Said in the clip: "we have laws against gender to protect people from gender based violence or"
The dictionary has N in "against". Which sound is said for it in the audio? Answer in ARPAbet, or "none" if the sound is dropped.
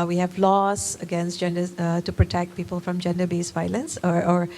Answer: N